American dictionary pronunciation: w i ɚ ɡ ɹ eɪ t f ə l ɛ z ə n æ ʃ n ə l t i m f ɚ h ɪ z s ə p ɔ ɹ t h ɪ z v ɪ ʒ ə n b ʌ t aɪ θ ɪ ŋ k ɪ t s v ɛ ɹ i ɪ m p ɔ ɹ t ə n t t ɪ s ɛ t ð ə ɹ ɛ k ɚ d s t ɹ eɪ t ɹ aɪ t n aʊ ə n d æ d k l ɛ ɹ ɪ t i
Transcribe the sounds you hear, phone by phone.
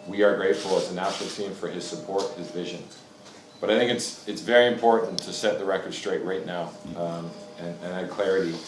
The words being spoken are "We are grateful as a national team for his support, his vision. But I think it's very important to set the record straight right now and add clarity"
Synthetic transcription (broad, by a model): w i ɚ ɡ ɹ eɪ t f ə l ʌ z ə n æ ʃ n l t i m f ɚ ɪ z s ə p ɔ ɹ t h ɪ z v ɪ ʒ ə n b ʌ t aɪ θ ɪ ŋ k ɪ t s v ɛ ɹ i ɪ m p ɔ ɹ t n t t ɪ s ɛ t ð ə ɹ ɛ k ɚ d s t ɹ eɪ t ɹ aɪ t n aʊ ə n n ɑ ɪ k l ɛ ɹ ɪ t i